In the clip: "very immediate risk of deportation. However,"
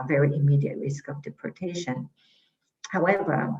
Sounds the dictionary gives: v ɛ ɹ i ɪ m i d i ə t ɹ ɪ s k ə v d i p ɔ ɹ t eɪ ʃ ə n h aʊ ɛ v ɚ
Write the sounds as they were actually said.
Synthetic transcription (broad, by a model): v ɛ ɹ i ɪ m i d i ə t ɹ ɪ s k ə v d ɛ p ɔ ɹ t eɪ ʃ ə n h aʊ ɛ v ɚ